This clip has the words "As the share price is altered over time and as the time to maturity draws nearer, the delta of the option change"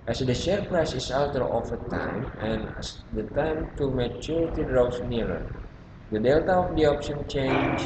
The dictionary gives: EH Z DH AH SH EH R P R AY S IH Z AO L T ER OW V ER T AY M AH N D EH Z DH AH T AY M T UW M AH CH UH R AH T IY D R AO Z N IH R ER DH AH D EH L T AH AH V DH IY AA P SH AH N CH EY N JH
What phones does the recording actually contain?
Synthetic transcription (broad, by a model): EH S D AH SH EH R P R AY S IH S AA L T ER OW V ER T AY M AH N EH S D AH T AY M T UW M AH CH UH R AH T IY D R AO S N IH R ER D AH D EH L T AH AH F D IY AA P SH AH N CH EY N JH